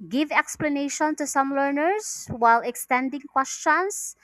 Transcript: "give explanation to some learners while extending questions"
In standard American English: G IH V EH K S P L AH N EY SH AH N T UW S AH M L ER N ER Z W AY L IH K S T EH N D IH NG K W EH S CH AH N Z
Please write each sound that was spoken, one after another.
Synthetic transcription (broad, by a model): G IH V EH K S P L AH N EY SH AH N T UW S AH M L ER N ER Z W AY L IH K S T EH N D IH NG K W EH S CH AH N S